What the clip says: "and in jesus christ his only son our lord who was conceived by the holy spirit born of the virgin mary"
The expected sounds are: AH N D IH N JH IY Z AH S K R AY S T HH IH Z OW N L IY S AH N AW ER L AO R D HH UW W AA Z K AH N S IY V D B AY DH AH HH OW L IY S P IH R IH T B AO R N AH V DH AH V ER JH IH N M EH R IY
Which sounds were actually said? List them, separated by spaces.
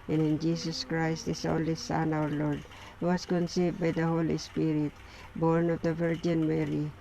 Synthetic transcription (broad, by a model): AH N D IH N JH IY S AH S K R AY S T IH S OW N L IY S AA N AW ER L AO R D HH UW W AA S K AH N S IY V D B AY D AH HH OW L IY S P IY R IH T B AO R N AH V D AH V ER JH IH N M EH R IY